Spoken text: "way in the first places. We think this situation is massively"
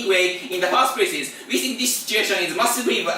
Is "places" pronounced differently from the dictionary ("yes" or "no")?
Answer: yes